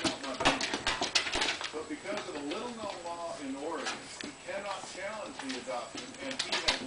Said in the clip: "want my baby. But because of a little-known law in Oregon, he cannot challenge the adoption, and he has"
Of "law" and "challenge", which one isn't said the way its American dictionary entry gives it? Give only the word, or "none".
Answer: none